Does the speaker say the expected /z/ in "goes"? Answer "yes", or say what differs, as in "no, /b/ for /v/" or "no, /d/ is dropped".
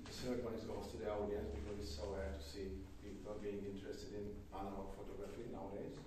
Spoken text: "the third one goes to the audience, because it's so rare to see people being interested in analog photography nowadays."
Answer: no, /s/ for /z/